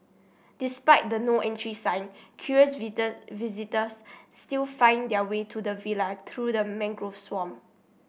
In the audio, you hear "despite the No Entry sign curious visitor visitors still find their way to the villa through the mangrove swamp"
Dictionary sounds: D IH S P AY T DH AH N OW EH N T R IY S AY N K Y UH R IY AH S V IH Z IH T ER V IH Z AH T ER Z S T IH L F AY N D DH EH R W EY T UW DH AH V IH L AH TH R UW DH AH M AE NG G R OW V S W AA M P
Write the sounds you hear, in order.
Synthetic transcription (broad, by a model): D IH S P AY T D AH N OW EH N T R IY S AY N K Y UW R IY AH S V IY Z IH T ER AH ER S T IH L F AY N D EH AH W EY T UW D AH V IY L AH T R UW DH AH M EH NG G R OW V S W AA M